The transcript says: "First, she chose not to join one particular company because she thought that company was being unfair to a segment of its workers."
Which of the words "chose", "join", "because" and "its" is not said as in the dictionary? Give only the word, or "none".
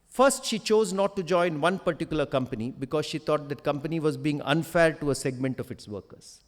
none